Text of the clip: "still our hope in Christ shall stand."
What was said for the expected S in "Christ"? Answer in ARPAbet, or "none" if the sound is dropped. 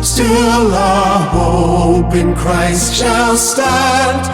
S